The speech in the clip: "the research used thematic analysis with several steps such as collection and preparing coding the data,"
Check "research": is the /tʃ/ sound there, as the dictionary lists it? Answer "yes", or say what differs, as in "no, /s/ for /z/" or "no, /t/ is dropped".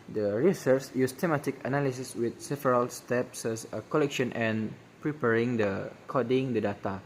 no, /s/ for /tʃ/